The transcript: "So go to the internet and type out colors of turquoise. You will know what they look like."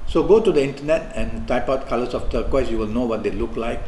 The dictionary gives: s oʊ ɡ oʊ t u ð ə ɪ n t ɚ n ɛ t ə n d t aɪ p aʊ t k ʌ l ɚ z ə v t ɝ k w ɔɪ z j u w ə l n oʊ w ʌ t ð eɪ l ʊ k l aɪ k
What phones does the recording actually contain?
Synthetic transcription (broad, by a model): s oʊ ɡ oʊ t u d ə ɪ n t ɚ n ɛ t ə n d t aɪ p aʊ t k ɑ l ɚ s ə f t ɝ k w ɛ s j u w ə l n oʊ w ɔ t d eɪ l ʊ k l aɪ k